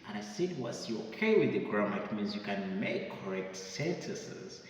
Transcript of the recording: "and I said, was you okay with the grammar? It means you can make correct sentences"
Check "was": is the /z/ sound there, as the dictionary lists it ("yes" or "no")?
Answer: no